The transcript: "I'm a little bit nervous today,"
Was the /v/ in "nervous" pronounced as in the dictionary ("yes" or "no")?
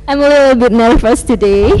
no